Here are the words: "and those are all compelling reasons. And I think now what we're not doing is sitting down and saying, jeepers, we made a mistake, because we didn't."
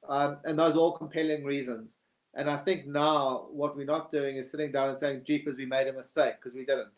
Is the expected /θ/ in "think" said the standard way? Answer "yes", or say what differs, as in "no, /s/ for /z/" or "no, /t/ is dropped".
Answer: yes